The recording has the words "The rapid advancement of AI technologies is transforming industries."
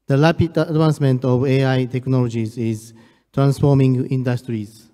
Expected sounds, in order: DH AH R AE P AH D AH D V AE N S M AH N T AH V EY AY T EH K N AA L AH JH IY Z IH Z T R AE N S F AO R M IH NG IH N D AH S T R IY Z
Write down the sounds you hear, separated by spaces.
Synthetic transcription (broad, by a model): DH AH L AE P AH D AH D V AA N S M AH N T AH V EY AY T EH K N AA L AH JH IY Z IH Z T R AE N S F AO M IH NG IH N D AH S T R IY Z